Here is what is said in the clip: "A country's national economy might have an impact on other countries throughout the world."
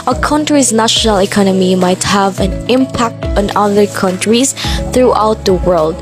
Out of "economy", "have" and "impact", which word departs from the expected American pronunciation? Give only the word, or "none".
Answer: none